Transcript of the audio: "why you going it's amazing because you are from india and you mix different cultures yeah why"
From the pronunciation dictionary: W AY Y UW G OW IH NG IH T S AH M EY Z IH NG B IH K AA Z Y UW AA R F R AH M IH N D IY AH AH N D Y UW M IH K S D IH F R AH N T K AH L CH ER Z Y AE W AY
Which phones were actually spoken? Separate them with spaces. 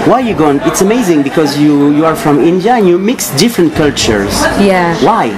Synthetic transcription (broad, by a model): W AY Y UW G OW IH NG IH T S AH M EY Z IH NG B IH K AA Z Y UW AA R F R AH M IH N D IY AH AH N Y UW M IH K S D IH F R AH N T K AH L CH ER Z Y AE W AY